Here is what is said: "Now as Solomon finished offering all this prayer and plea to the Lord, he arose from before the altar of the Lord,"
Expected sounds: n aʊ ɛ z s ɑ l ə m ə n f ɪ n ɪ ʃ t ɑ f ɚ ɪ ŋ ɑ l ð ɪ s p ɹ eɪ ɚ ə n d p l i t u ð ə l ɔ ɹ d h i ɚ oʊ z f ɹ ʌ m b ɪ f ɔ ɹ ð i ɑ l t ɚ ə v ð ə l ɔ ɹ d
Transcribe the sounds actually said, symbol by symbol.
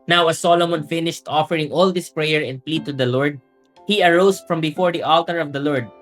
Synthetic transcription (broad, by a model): n aʊ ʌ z s ɑ l ə m ə n f ɪ n ɪ ʃ t ɑ f ɚ ɪ ŋ ɑ l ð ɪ s p ɹ eɪ ɚ ə n d p l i t u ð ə l ɔ ɹ d h i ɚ oʊ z f ɹ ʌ m b ɪ f ɔ ɹ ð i ɑ l t ɚ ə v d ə l ɔ ɹ d